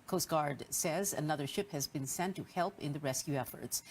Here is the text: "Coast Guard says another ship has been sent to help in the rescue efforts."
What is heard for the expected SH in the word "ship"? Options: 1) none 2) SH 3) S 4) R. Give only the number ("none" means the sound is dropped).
2